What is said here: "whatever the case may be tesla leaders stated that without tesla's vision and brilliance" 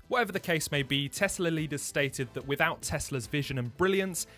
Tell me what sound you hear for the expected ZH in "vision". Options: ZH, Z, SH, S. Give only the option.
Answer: ZH